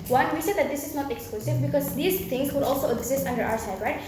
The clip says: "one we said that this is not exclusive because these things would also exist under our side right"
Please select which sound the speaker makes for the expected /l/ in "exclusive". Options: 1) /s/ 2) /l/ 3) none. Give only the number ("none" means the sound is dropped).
2